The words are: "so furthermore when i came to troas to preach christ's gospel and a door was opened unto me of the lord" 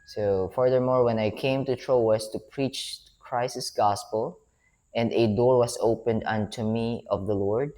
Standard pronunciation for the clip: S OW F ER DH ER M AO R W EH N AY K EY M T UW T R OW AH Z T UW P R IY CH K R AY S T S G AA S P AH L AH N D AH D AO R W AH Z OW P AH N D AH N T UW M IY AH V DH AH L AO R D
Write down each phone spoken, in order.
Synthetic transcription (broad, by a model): S OW F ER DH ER M AO R W EH N AY K EY M T UW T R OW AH S T UW P R IY CH K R AY S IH S G AA S P AH L AH N D AH D AO R W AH S OW P AH N D AH N T UW M IY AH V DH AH L AO R D